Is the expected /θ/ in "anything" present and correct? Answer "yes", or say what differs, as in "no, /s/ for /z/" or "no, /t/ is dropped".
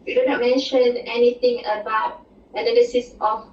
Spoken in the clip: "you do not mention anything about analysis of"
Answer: no, /t/ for /θ/